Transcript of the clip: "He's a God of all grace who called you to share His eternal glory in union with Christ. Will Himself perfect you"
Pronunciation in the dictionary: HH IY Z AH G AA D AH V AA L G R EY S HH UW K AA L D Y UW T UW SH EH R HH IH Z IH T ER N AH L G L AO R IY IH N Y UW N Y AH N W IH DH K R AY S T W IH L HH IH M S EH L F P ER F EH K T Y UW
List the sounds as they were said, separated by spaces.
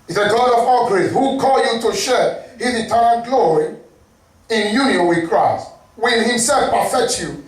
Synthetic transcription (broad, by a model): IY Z AH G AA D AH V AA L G R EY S HH UW K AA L Y UW T UW SH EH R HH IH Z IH T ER AH N G L AO R IY IH N Y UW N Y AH N W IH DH K R AY S T W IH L HH IH M S EH L F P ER F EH K T Y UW